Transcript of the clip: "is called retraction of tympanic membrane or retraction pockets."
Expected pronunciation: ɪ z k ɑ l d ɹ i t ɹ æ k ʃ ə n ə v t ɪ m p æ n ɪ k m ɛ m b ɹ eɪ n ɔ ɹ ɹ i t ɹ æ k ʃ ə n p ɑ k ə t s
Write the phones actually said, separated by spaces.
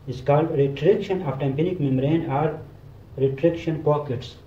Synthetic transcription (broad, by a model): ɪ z k ɑ l d ɹ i t ɹ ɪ k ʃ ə n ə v t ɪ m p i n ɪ k m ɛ m ɹ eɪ n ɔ ɹ ɹ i t ɹ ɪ k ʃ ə n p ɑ k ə t s